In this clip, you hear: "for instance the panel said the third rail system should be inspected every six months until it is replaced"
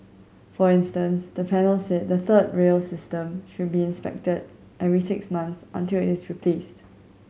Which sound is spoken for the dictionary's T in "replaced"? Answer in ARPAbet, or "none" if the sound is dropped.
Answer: T